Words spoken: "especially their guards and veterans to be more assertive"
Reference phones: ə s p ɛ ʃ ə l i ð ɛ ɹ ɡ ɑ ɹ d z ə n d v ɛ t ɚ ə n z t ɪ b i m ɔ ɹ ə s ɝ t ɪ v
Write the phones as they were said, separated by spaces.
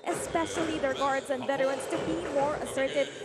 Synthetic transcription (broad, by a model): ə s p ɛ ʃ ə l i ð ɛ ɹ ɡ ɑ ɹ d z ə n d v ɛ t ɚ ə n s t ɪ b i m ɔ ɹ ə s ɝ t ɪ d